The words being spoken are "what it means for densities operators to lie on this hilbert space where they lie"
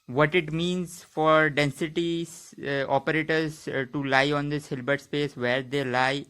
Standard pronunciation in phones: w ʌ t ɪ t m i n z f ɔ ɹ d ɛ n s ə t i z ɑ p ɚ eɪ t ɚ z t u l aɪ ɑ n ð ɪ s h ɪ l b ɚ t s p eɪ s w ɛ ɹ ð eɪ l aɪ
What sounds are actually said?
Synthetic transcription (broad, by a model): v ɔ t ɪ t m i n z f ɔ ɹ d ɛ n s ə t i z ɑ p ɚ eɪ t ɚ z t u l aɪ ɑ n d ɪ s h ɪ l b ɚ t s p eɪ s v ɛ ɹ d eɪ l aɪ